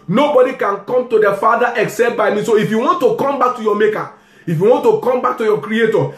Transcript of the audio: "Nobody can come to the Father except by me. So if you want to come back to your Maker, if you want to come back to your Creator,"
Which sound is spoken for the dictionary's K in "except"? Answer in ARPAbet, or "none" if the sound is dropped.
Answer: K